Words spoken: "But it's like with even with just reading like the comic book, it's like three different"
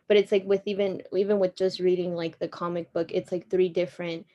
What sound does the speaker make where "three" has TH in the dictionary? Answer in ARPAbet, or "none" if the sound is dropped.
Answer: TH